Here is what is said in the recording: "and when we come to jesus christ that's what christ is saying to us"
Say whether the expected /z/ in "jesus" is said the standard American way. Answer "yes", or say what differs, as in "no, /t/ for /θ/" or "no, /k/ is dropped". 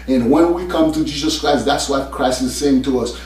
yes